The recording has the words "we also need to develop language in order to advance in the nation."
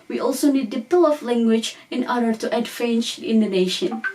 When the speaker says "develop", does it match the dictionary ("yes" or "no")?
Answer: no